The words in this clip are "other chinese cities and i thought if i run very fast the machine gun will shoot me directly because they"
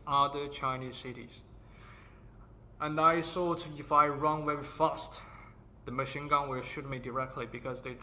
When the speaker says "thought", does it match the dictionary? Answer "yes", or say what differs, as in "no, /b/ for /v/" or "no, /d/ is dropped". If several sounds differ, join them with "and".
no, /s/ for /θ/